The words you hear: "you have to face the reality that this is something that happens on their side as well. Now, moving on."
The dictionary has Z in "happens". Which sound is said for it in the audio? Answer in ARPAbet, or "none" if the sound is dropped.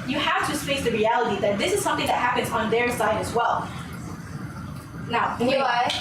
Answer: Z